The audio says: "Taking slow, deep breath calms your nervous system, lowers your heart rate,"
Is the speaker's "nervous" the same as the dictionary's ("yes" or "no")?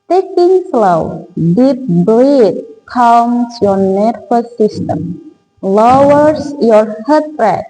no